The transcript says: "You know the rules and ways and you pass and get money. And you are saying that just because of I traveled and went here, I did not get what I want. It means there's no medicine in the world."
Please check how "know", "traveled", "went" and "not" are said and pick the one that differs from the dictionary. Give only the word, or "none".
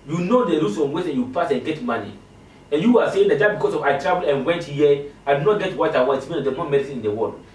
traveled